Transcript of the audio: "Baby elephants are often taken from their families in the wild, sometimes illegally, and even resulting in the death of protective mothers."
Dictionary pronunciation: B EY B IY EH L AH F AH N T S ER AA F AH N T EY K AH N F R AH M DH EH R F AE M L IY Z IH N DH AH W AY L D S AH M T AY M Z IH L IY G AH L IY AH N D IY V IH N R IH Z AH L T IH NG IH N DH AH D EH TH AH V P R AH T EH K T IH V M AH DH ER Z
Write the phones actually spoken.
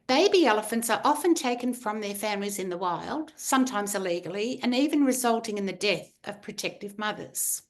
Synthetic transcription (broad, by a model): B EY B IY EH L AH F AH N T S ER AA F AH N T EY K N F R AH M DH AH R F AE M L IY Z IH N DH AH W AY L D S AH M T AY M Z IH L IY G L IY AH N IY V IH N R IH Z AH L T IH NG IH N DH AH D EH TH AH V P R AH T EH K T IH V M AH DH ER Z